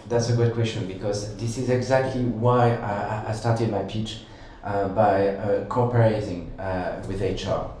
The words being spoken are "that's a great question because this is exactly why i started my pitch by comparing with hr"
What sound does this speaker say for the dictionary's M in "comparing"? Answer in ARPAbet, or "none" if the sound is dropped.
none